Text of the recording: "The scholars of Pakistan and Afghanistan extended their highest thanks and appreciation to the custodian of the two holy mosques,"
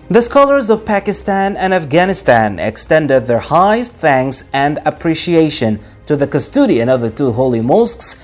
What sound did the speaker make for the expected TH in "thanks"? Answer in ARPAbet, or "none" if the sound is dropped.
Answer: TH